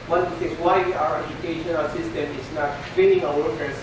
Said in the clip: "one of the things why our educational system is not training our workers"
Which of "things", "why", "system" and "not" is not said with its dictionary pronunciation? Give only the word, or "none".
things